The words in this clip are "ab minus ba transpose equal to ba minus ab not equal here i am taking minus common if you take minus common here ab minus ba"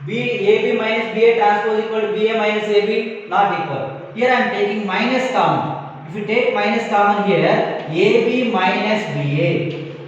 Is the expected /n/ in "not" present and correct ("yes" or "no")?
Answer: no